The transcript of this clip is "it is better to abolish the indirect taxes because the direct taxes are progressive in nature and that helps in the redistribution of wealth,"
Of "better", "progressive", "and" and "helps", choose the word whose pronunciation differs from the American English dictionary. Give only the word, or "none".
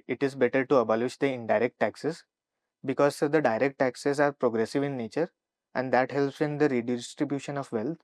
none